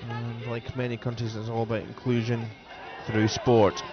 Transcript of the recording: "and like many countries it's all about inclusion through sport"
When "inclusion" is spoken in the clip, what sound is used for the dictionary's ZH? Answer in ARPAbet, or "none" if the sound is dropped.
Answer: ZH